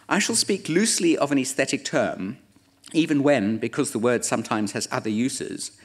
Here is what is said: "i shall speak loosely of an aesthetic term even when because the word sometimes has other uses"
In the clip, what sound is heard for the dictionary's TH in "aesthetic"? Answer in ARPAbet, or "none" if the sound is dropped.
TH